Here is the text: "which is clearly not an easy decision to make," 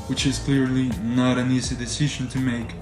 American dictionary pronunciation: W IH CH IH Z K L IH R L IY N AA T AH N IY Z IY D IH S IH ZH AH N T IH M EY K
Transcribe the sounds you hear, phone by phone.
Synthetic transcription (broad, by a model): W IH CH IH Z K L IH R L IY N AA T AH N IY Z IY D IH S IH ZH AH N T IH M EY K